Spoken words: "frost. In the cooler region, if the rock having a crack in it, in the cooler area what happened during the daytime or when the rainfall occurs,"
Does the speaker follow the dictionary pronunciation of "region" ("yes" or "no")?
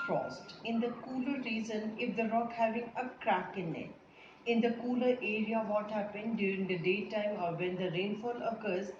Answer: no